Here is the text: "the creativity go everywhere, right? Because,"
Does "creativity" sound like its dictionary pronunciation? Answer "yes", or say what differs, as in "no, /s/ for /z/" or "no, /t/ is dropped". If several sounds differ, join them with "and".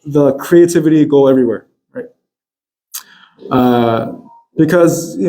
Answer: yes